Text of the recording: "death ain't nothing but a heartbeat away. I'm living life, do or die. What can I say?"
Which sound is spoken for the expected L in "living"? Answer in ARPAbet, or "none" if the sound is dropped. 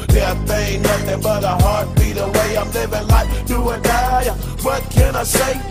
L